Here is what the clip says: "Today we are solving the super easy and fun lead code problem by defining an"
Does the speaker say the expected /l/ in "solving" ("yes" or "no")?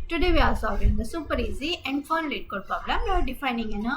no